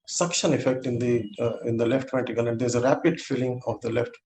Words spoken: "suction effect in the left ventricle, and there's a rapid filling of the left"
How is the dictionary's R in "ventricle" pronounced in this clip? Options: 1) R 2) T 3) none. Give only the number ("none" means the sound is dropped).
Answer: 3